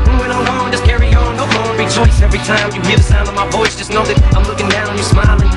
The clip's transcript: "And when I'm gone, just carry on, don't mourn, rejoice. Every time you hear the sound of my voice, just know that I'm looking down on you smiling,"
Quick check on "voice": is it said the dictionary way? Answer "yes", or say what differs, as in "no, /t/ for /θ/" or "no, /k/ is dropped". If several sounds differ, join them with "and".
no, /b/ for /v/